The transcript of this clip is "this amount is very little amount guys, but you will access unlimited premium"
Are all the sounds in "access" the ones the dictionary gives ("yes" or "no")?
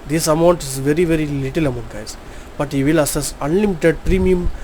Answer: no